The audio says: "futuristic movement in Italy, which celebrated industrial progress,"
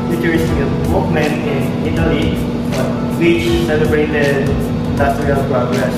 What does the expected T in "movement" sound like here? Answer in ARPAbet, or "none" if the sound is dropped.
none